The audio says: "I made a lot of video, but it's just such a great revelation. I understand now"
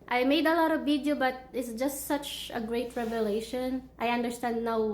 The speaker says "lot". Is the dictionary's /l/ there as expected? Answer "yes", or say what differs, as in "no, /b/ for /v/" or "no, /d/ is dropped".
yes